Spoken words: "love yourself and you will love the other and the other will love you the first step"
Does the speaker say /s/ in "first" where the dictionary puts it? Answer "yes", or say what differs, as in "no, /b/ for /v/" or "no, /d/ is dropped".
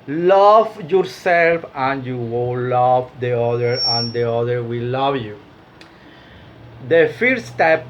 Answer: no, /s/ is dropped